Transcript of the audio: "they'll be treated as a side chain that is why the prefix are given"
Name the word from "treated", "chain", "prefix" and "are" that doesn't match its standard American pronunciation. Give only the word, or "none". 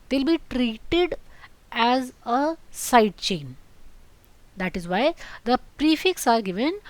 none